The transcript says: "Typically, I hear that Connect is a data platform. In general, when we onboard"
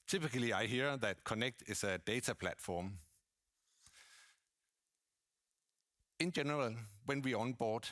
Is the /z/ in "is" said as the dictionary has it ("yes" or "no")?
no